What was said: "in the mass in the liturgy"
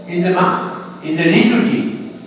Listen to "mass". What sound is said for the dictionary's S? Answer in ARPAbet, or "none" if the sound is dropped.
TH